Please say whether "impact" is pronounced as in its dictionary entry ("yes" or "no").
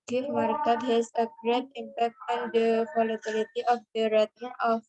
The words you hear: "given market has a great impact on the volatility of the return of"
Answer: yes